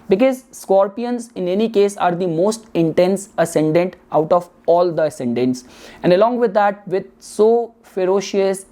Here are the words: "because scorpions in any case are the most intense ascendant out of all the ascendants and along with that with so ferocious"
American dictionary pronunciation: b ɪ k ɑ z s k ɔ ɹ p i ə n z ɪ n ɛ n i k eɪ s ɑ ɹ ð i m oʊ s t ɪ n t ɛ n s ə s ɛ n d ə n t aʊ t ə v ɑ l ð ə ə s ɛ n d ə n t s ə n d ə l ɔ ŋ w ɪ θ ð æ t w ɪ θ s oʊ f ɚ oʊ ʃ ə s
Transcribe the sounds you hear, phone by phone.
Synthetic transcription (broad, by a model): b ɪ k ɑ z s k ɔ ɹ p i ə n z ɪ n ɛ n i k eɪ s ɑ ɹ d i m oʊ s t ɪ n t ɛ n s ə s ɛ n d ə n t aʊ t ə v ɑ l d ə ə s ɛ n d ə n t s ə n d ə l ɔ ŋ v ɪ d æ t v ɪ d s oʊ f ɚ oʊ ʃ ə s